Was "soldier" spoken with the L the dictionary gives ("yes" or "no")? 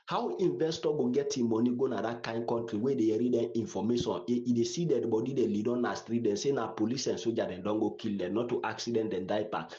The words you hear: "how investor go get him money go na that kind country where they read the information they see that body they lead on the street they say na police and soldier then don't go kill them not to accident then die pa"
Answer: no